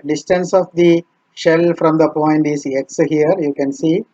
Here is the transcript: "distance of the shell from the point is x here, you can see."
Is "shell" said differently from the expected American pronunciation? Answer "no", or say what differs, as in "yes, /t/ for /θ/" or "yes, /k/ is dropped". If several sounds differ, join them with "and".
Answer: no